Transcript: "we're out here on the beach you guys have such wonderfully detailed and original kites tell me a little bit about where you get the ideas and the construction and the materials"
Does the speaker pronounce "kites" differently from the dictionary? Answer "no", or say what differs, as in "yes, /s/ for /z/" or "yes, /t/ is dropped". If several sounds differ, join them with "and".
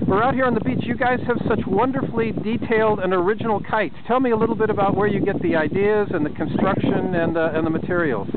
yes, /s/ is dropped